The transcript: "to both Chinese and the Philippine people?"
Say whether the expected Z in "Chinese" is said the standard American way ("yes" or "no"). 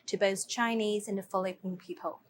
yes